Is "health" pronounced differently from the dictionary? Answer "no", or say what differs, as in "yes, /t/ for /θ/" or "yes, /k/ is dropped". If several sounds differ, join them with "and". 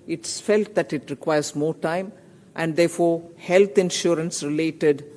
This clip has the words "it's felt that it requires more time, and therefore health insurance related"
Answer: yes, /t/ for /θ/